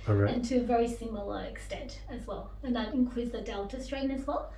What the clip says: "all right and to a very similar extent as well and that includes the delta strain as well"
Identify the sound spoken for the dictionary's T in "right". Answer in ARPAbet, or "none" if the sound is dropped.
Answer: none